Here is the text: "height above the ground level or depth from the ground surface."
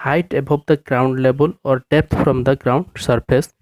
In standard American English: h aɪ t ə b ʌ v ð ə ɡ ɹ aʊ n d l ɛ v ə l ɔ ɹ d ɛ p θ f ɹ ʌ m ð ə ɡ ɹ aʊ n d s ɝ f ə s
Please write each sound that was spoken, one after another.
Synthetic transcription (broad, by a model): h aɪ t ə b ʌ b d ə ɡ ɹ aʊ n d l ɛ b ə l ɔ ɹ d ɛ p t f ɹ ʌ m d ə ɡ ɹ aʊ n d s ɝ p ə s